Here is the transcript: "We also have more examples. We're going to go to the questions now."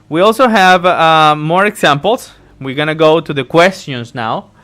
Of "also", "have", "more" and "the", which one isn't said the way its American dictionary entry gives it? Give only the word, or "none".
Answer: none